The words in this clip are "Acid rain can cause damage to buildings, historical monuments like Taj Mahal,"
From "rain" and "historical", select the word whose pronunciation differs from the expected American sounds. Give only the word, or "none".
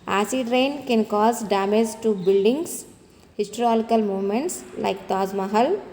historical